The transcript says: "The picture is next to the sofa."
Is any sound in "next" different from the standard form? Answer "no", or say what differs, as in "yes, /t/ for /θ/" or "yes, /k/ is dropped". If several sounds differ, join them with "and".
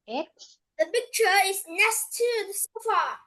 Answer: yes, /k/ is dropped